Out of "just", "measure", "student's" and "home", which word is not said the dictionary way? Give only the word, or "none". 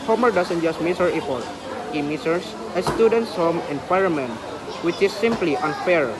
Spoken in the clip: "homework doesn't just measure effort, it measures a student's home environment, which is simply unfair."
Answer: measure